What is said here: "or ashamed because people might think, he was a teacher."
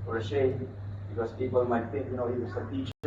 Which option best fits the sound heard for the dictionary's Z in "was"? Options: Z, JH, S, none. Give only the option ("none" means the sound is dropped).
S